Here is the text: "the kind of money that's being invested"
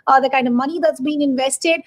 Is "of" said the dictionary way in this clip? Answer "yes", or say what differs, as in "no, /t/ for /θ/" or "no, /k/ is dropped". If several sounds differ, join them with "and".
yes